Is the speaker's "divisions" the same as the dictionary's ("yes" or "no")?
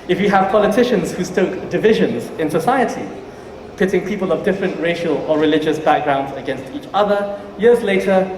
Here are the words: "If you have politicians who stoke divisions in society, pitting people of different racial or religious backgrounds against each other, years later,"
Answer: yes